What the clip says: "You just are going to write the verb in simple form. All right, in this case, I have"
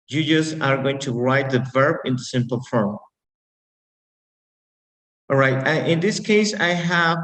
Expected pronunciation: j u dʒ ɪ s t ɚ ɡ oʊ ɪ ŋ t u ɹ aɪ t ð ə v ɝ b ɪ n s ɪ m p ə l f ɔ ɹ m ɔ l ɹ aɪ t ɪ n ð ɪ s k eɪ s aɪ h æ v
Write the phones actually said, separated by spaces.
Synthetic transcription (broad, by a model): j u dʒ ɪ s ɚ ɡ oʊ ɪ ŋ t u ɹ aɪ t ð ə v ɝ b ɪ n s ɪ m p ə l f ɹ ɔ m ɹ aɪ t ɪ n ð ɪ s k eɪ s aɪ h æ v